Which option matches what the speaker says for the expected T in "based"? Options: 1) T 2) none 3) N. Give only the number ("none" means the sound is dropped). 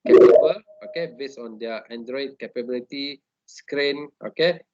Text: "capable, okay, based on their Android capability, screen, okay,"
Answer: 2